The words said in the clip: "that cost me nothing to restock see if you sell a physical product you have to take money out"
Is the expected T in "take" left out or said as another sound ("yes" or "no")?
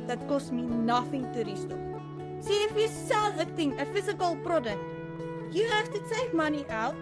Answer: yes